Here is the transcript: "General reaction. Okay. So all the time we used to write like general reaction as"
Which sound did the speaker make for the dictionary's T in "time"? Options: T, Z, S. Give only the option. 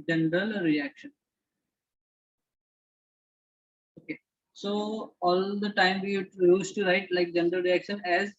T